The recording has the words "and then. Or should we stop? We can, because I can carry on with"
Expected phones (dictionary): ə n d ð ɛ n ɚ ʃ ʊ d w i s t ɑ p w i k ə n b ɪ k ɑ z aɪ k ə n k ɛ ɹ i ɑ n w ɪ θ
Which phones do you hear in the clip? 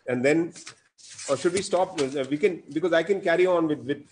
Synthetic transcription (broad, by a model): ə n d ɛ n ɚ ʃ ʊ d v i s t ɑ p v i k ə n b ɪ k ɑ z aɪ k ə n k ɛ ɹ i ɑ n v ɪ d